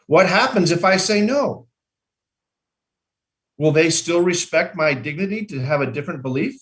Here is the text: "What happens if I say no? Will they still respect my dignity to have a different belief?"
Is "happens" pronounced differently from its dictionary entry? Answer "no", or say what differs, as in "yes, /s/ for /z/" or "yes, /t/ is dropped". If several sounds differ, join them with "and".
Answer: no